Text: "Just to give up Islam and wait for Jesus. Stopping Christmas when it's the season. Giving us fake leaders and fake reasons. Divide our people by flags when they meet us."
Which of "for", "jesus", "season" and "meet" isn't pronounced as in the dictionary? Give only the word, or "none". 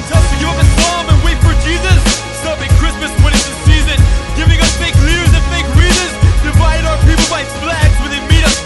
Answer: none